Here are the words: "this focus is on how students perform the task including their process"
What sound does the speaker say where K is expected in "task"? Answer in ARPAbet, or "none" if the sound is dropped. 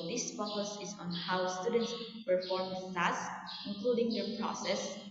none